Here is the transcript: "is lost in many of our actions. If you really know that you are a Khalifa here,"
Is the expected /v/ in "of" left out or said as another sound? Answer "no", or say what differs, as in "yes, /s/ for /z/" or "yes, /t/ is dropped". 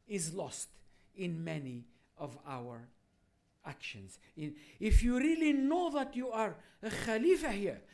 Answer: no